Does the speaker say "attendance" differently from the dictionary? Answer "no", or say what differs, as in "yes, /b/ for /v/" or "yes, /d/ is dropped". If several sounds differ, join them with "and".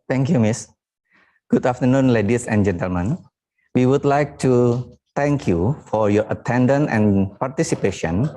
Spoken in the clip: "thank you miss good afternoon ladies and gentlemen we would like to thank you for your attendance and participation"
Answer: yes, /s/ is dropped